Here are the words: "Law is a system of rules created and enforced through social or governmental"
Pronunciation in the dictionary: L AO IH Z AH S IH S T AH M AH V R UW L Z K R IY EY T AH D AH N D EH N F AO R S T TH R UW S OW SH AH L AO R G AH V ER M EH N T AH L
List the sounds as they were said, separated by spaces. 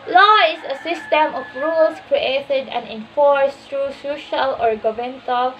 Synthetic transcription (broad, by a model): L AO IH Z AH S IH S T AH M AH F R UW L S K R IY EY T AH D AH N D EH N F AO R S T R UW S OW SH AH L AO R G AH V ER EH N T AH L